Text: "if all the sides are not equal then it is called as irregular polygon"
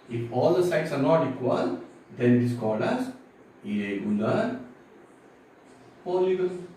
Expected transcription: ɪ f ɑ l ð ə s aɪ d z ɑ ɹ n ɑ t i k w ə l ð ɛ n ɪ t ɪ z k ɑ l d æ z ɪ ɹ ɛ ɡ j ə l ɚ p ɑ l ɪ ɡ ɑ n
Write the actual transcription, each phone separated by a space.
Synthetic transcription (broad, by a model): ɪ f ɑ l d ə s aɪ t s ɑ ɹ n ɑ t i k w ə l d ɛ n ɪ t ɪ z k ɑ l d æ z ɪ ɛ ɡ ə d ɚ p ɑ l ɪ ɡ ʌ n